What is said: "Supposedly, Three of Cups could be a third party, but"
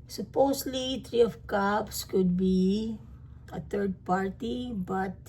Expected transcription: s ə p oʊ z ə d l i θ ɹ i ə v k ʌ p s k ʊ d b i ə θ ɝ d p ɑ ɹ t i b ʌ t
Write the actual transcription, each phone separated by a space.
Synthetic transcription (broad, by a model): s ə p oʊ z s l i t ɹ i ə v k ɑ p s k ʊ d b i ə t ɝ d p ɑ ɹ t i b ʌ t